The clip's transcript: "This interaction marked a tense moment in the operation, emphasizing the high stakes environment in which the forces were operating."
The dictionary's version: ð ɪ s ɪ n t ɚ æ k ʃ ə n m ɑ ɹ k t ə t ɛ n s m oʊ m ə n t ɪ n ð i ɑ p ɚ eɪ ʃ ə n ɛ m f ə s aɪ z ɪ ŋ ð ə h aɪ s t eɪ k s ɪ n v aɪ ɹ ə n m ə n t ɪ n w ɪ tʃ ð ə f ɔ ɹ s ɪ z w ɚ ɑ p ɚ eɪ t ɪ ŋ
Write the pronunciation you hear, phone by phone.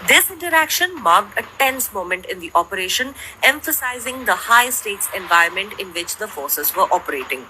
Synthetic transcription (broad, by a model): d ɪ s ɪ n t ɚ æ k ʃ ə n m ɑ ɹ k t ə t ɛ n s m oʊ m ə n t ɪ n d i ɑ p ɚ eɪ ʃ ə n ɛ m f ə s aɪ z ɪ ŋ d ə h aɪ s t eɪ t s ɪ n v aɪ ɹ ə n m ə n t ɪ n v ɪ tʃ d ə f ɔ ɹ s ɪ z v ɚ ɑ p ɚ eɪ t ɪ ŋ